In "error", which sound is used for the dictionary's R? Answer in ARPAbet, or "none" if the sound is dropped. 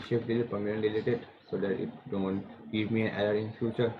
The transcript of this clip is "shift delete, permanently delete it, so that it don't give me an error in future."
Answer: L